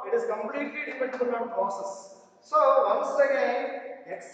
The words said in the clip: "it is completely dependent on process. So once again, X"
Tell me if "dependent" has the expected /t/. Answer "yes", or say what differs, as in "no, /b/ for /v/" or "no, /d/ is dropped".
no, /t/ is dropped